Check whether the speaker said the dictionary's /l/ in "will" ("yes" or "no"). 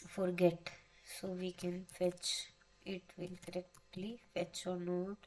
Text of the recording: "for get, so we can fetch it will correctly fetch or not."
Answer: no